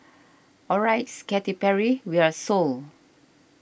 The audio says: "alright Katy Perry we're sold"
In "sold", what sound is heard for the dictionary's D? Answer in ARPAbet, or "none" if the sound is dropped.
none